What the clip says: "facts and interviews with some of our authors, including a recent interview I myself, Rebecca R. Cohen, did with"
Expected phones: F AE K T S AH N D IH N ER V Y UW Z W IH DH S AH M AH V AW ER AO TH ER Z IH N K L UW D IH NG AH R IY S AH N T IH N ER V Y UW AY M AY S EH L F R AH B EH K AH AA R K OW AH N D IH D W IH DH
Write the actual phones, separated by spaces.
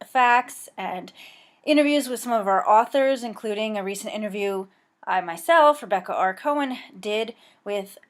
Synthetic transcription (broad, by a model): F AE K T S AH N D IH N ER V Y UW Z W IH DH S AH M AH V AW ER AO TH ER Z IH N K L UW D IH NG AH R IY S AH N T IH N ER V Y UW AY M AY S EH L F R AH B EH K AH AA R K OW AH N D IH D W IH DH